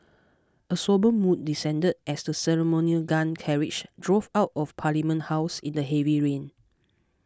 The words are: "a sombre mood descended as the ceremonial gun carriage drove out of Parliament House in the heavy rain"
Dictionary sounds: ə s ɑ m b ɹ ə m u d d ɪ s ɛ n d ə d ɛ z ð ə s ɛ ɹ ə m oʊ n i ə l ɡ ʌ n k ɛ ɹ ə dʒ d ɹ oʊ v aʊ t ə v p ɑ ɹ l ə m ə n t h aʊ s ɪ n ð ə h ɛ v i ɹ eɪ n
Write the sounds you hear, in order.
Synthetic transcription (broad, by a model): ə s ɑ b ə m u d d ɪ s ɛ n d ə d ɛ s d ə s ɛ ɹ ə m oʊ n i ə l ɡ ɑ n k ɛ ɹ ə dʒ d ɹ oʊ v aʊ t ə f p ɑ l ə m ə n t h aʊ s ɪ n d ə h ɛ v i ɹ eɪ n